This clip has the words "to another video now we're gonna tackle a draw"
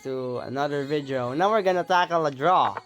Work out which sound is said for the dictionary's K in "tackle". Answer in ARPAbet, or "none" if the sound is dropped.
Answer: K